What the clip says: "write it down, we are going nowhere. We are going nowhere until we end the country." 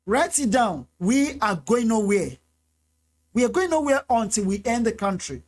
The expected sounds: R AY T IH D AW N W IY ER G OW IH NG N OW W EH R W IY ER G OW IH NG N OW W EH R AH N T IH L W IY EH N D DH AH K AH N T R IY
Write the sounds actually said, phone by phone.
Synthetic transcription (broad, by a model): R AY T IH D AW N W IY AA G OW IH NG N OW W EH W IY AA G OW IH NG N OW W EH AH N T IH L W IY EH N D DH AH K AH N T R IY